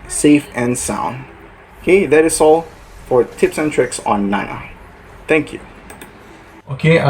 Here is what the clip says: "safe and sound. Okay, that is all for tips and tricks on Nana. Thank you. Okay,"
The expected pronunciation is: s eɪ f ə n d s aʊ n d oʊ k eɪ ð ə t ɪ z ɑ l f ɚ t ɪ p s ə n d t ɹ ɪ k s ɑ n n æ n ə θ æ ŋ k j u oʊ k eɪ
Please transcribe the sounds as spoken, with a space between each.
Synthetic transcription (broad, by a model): s eɪ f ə n s aʊ n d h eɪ ð ə t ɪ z ɑ l f ɚ t ɪ p s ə n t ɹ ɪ k s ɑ n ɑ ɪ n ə θ æ ŋ k j u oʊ k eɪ